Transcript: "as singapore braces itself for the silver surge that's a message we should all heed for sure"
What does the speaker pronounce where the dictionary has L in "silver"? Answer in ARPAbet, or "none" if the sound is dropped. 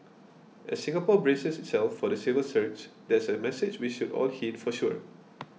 none